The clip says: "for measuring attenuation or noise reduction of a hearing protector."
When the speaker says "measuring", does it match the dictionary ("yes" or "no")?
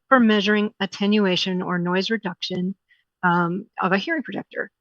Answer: yes